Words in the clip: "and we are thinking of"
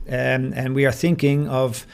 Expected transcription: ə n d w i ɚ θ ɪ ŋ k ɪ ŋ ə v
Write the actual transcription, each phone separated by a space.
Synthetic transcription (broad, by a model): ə n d w i ɚ θ ɪ ŋ k ɪ ŋ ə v